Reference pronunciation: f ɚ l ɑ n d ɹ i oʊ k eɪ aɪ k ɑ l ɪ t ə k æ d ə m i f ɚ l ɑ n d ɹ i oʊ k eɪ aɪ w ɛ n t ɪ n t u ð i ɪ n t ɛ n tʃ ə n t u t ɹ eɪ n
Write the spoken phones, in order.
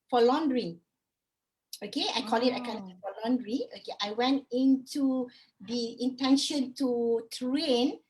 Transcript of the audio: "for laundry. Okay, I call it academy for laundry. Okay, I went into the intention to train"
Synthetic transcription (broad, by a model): f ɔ l ɑ n d ɹ i oʊ k eɪ aɪ k ɑ l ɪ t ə ɪ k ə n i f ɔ l ɑ n d ɹ i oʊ k eɪ aɪ w ɛ n t ɪ n t u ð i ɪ n t ɛ n ʃ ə n t u t ɹ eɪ n